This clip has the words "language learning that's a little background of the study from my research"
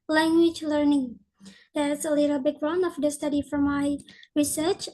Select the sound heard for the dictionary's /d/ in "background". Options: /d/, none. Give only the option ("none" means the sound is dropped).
none